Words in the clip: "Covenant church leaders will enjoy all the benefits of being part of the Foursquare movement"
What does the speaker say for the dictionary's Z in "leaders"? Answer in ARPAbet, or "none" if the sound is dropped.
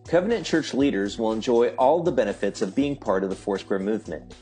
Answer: Z